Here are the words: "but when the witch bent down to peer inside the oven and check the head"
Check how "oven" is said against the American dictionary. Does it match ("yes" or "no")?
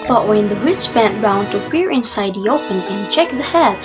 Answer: no